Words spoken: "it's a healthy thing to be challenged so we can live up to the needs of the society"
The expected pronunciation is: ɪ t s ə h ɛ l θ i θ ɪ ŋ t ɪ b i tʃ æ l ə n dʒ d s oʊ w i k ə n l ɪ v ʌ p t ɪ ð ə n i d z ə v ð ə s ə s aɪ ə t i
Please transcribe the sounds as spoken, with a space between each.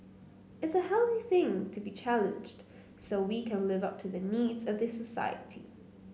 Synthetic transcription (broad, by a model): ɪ t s ə h ɛ l θ i θ ɪ ŋ t ɪ b i tʃ æ l ə n dʒ d s oʊ w i k ə n l ɪ v ʌ p t ɪ ð ə n i d z ə v ð ə s ə s aɪ ə t i